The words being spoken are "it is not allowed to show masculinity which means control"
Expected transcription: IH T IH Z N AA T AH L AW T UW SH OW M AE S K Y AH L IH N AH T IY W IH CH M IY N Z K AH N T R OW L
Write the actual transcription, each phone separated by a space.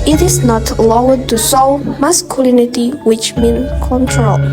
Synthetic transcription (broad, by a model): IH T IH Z N AA T L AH T UW S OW M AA S K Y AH L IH N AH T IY W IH CH M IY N K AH N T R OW L